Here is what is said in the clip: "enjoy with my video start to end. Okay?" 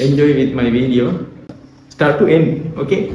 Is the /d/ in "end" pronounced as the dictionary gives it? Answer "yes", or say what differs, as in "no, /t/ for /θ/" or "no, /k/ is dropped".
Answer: no, /d/ is dropped